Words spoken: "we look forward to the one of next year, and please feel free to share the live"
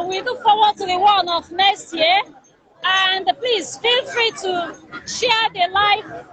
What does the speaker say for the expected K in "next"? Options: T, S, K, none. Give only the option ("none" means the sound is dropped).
none